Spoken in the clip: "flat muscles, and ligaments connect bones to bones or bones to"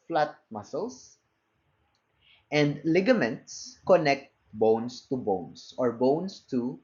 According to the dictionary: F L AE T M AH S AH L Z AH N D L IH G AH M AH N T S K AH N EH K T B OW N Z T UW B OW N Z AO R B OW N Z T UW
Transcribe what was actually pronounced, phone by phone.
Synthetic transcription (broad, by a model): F L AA T M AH S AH L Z AH N D L IH G AH M AH N T S K AH N EH K T B OW N S T UW B OW N S AO R B OW N S T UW